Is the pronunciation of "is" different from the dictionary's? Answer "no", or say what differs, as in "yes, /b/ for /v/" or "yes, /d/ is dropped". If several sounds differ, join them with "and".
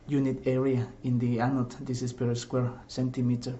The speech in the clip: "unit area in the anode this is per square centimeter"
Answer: yes, /s/ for /z/